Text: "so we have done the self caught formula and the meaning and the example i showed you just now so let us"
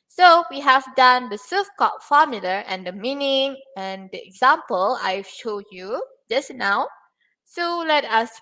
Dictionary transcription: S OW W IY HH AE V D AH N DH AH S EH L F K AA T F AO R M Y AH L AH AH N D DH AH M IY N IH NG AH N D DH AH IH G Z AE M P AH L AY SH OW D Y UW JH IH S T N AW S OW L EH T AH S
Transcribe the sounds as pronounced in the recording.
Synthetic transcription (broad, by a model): S OW W IY HH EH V D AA N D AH S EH F K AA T F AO M Y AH L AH AH N D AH M IY N IH NG AH N D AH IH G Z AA M P AH L AY SH OW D Y UW JH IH S N AW S OW L EH T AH S